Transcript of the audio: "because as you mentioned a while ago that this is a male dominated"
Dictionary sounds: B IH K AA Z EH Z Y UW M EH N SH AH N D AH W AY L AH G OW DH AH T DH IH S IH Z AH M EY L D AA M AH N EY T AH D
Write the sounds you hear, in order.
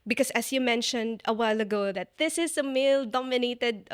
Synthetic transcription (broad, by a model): B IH K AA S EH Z Y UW M EH N SH AH N D AH W AY L AH G OW DH AH T DH IH S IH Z AH M EY L D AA M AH N EY T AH D